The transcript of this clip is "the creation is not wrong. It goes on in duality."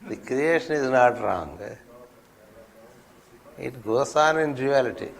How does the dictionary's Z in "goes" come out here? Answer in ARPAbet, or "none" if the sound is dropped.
S